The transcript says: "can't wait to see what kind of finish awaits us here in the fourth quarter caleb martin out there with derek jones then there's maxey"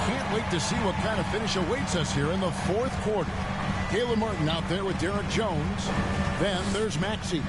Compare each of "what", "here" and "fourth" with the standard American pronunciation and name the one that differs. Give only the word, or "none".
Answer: none